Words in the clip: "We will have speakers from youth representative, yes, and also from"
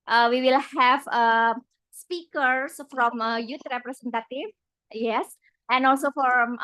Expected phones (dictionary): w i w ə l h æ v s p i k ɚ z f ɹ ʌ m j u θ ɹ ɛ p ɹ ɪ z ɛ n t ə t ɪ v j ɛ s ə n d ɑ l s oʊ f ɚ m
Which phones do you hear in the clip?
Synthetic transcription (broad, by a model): w i w ə l h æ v s p i k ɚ s f ɹ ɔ m j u t ɹ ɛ p ɹ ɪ s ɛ n t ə t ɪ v j ɛ s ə n ɑ l s oʊ f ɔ m